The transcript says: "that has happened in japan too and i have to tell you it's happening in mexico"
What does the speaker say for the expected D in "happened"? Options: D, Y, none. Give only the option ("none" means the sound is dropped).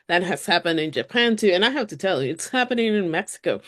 D